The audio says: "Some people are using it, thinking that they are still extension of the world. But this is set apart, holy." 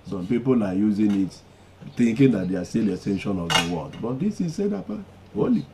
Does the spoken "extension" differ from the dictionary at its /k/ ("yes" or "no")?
yes